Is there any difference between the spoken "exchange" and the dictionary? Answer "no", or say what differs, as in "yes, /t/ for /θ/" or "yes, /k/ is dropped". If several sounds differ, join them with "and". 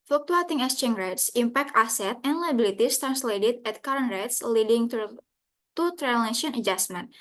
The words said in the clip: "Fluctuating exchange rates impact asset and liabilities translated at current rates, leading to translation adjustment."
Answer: yes, /k/ is dropped